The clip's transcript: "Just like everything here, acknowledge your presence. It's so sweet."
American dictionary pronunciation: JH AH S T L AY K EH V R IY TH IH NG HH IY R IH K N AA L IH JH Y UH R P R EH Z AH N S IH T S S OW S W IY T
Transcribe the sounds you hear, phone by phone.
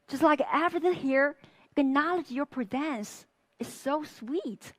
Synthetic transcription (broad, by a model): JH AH S T L AY K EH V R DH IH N HH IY R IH N AA L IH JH Y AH R P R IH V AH N S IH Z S S OW S W IY T